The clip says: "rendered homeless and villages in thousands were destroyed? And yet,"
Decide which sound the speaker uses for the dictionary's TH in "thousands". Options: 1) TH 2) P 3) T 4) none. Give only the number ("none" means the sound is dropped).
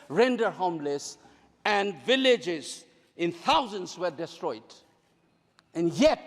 3